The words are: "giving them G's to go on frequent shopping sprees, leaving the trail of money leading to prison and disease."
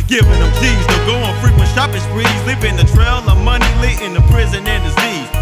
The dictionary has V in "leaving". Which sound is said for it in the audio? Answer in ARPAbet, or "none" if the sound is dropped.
P